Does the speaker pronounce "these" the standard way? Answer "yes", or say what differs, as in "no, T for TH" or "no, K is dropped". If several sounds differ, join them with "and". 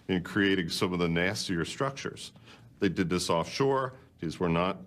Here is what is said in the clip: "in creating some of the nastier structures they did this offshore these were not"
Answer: yes